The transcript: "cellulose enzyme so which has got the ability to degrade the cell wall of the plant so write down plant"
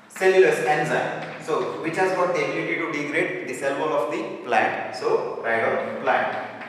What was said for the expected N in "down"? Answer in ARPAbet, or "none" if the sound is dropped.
L